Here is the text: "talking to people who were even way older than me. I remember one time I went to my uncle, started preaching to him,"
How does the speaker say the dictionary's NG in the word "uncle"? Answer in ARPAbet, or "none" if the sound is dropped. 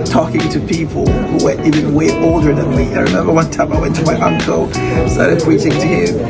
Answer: NG